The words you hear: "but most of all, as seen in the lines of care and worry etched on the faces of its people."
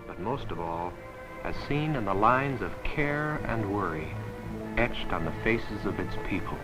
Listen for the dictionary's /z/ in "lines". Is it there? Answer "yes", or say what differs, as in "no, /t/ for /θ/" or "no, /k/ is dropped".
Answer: yes